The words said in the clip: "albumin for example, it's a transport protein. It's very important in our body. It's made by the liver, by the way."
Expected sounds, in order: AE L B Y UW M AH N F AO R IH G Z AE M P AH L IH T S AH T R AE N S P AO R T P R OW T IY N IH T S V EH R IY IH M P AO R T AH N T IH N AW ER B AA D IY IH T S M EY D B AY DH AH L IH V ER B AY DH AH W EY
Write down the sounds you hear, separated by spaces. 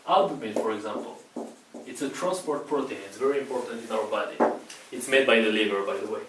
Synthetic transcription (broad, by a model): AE L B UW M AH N F AO R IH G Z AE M P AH L IH T S AH T R AE N S P AO R T P R OW T IY N IH T S V EH R IY IH M P AO R T AH N T IH N AW ER B AA D IY IH T S M EY D B AY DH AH L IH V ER B AY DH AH W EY